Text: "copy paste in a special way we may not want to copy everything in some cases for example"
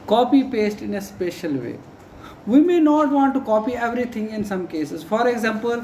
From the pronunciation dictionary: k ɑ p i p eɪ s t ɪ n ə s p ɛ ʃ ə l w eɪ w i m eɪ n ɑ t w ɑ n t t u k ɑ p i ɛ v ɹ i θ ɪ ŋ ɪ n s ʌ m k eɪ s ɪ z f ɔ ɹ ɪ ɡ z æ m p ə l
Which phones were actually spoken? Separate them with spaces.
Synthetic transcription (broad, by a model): k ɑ p i p eɪ s t ɪ n ə s p ɛ ʃ ə l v eɪ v i m eɪ n ɑ t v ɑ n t t u k ɑ p i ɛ v ɹ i t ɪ ŋ ɪ n s ʌ m k eɪ s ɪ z f ɔ ɹ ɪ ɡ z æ m p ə l